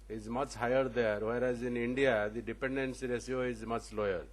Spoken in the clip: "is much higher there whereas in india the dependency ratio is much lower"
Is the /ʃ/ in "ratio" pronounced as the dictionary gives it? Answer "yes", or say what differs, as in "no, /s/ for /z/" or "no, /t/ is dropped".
no, /s/ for /ʃ/